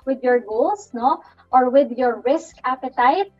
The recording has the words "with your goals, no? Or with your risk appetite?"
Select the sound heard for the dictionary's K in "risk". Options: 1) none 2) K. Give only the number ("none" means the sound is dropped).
2